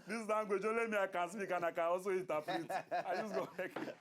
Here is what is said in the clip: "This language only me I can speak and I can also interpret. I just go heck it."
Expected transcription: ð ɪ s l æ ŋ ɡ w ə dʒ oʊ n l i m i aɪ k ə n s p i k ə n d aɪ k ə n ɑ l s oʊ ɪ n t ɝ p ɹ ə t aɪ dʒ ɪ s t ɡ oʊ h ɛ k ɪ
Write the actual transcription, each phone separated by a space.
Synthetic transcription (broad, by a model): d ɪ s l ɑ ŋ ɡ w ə dʒ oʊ l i m i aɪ k ə n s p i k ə n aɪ k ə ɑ s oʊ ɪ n t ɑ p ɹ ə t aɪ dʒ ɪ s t ɡ oʊ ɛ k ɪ